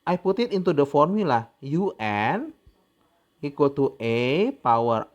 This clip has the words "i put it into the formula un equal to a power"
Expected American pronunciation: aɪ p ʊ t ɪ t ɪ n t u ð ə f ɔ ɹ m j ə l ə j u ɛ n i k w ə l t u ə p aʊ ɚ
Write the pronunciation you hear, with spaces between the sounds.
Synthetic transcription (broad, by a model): aɪ p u t ɪ t ɪ n t u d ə f ɔ ɹ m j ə l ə j u ɛ n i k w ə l t u ə p aʊ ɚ